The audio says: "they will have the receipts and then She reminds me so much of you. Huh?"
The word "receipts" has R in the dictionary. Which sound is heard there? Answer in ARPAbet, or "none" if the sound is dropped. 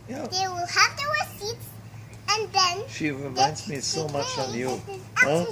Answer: W